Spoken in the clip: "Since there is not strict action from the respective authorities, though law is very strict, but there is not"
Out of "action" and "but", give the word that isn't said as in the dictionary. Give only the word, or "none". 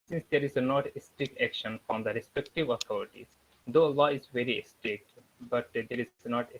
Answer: none